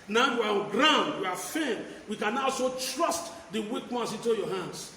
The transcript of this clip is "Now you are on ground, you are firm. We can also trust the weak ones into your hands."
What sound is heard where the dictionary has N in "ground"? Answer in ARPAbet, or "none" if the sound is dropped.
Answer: N